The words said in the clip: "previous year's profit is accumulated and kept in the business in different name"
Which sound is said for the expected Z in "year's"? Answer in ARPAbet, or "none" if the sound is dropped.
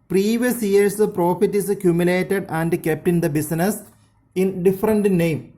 S